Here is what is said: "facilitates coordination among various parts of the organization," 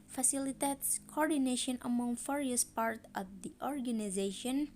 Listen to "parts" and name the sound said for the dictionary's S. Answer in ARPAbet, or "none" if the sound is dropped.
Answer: none